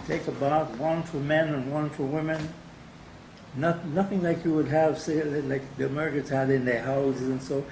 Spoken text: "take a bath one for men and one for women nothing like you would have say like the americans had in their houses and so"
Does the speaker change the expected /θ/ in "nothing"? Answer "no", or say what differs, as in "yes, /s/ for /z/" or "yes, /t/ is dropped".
no